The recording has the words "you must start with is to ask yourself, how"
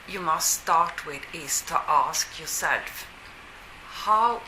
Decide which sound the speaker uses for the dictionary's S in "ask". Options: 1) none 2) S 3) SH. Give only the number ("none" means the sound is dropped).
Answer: 2